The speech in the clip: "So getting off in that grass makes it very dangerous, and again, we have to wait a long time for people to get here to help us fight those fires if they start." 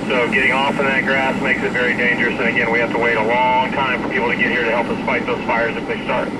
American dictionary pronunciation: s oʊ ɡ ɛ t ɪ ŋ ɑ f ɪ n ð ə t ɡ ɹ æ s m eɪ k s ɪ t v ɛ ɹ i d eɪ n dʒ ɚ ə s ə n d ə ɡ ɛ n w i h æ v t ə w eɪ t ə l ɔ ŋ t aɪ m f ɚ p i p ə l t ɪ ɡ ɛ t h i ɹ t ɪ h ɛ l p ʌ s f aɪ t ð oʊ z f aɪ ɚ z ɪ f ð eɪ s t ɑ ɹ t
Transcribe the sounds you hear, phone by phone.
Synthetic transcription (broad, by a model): s oʊ ɡ ɛ t ɪ ŋ ɑ f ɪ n ð ə t ɡ ɹ æ s m eɪ k s ɪ t v ɛ ɹ i d eɪ n dʒ ɚ ə s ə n ə ɡ ɛ n w i h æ f t ə w eɪ t ə l ɔ ŋ t aɪ m f ɚ p i p l t ɪ ɡ ɛ t h i ɹ t ɪ h ɛ l p ʌ s f aɪ t ð oʊ z f aɪ ɚ z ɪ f ð eɪ s t ɑ ɹ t